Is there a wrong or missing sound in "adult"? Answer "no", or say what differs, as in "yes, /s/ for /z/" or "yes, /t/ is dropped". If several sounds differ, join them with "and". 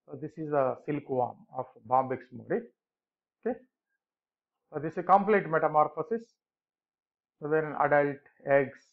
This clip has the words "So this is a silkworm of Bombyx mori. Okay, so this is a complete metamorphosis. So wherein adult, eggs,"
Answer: no